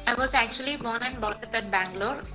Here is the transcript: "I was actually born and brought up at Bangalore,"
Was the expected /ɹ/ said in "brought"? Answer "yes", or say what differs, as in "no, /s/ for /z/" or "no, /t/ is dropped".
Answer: no, /ɹ/ is dropped